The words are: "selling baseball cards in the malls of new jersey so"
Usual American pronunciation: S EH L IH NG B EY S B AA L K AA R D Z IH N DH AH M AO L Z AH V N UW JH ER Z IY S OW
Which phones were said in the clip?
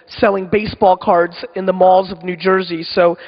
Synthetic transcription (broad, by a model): S EH L IH NG B EY S B AA L K AA R D Z IH N DH AH M AO L Z AH V N UW JH ER Z IY S OW